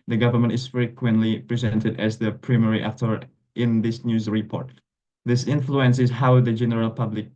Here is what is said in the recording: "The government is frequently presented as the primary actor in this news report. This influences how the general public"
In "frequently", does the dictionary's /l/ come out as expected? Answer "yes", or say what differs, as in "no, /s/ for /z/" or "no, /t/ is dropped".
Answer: yes